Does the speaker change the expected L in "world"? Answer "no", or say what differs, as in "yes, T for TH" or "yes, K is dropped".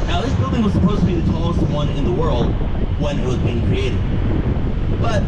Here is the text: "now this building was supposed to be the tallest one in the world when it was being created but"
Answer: no